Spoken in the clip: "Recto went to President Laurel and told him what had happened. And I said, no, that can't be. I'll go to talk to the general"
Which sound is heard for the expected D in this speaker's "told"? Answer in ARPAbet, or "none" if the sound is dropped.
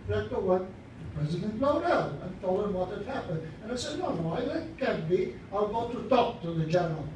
none